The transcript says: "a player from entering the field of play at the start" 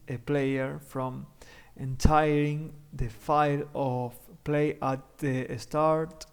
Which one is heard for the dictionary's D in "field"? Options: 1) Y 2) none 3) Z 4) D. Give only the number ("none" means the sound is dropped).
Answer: 2